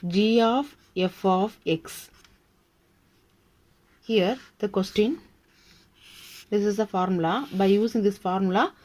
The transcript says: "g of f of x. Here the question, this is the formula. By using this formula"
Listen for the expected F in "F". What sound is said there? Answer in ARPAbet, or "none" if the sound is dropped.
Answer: F